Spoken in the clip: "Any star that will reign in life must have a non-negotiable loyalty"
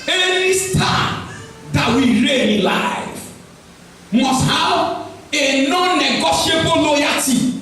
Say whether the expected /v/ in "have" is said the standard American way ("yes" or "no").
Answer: no